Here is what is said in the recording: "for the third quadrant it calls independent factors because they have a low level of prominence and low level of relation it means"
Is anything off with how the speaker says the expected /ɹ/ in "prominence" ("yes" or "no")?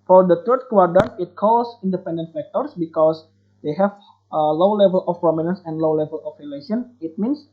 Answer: no